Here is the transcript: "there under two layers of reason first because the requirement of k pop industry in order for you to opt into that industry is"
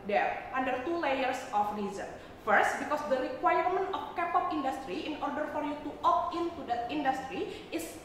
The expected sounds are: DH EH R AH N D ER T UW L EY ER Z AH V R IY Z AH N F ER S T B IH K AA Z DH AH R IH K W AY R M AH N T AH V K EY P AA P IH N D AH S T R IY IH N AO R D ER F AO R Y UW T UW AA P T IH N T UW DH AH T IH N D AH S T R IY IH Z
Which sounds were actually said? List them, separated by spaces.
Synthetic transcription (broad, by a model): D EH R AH N D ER T UW L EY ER S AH F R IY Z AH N F ER S T B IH K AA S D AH R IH K W AY R M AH N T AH F K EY P AA P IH N D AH S T R IY IH N AO R D ER F AO R Y UW T UW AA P IH N T UW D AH T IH N D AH S T R IY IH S